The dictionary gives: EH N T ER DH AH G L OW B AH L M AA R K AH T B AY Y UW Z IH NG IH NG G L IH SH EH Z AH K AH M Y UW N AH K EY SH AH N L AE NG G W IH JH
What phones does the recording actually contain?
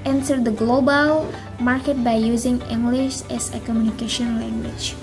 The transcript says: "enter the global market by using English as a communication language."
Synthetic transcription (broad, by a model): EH N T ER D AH G L OW B AH L M AA R K AH T B AY Y UW Z IH NG IH NG G L IH SH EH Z AH K AH M Y UW N AH K EY SH AH N L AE NG G W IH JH